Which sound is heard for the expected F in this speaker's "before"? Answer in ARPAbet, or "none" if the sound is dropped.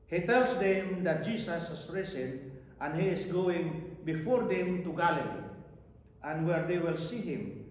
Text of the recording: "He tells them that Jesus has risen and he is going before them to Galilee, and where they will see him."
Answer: F